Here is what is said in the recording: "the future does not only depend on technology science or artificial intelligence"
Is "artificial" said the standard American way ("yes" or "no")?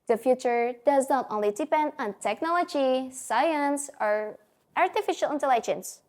yes